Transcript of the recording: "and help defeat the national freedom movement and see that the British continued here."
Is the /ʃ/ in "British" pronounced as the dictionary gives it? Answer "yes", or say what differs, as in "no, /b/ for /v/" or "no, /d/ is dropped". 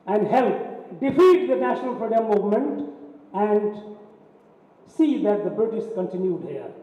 no, /s/ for /ʃ/